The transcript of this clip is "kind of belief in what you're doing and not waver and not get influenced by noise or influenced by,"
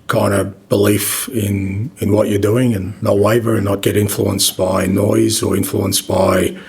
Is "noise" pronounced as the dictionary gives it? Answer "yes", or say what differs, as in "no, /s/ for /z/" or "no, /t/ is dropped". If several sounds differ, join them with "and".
yes